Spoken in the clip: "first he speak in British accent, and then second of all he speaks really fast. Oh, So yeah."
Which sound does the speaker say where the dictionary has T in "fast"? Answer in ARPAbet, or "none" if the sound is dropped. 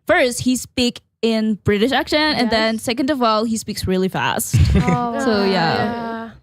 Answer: T